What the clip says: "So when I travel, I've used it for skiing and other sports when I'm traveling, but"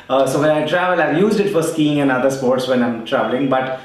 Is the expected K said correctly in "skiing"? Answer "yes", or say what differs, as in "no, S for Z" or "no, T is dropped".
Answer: yes